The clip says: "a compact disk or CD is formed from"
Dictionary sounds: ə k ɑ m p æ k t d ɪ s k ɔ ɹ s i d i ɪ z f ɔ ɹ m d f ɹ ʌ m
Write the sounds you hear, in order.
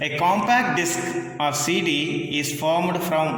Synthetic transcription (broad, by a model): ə k ɑ m p æ k t d ɪ s k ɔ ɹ s i d i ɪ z f ɔ ɹ m d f ɹ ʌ m